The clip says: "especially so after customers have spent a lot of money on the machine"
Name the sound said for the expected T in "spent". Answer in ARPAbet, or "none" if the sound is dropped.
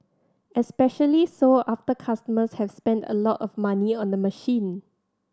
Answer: T